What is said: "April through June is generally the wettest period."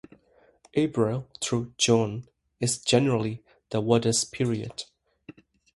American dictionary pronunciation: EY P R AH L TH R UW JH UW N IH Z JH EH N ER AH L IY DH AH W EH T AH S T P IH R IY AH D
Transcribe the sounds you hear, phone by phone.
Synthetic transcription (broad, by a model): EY B R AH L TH R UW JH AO N IH Z JH EH N ER AH L IY DH AH W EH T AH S P IH R IY AH D